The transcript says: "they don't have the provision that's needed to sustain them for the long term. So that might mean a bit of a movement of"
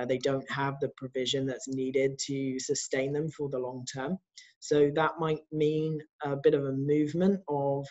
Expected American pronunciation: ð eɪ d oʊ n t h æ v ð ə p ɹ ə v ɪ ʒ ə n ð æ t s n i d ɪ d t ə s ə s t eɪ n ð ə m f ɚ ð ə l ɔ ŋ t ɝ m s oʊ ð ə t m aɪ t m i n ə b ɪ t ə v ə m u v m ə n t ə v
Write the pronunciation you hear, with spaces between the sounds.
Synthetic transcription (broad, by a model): ð eɪ d oʊ n t h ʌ v ð ə p ɹ ə v ɪ ʒ ə n ð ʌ t s n i d ɪ d t ə s ə s t eɪ n ð ə m f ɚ ð ə l ɔ ŋ t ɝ m s oʊ ð ə t m aɪ t m i n ə b ɪ t ə v ə m u v m ə n t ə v